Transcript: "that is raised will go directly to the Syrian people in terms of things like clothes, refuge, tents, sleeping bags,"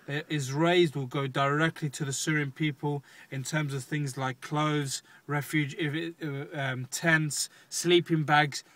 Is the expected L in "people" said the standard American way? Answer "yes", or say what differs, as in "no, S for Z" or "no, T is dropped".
yes